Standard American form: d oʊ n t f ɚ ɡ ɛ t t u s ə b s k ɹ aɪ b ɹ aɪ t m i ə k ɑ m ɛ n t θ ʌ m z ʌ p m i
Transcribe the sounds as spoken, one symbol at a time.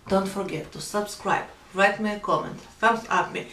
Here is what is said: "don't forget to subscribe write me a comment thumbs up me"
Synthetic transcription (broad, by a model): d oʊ n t f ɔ ɡ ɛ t t u s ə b s k ɹ aɪ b ɹ aɪ t m i ə k ɑ m ɛ n t f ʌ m s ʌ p m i